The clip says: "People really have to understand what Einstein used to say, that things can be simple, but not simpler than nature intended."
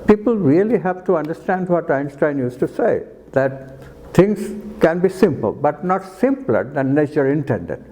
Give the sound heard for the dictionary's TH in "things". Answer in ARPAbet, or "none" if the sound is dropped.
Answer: T